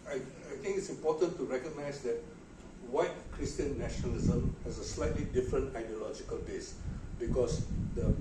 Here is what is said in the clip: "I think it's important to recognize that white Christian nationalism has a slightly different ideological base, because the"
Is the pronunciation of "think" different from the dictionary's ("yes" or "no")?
yes